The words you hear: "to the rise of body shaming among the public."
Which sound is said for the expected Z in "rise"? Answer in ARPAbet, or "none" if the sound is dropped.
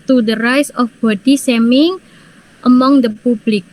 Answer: S